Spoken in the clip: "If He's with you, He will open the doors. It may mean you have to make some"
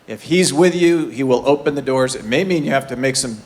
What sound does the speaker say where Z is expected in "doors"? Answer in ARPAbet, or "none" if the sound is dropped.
Z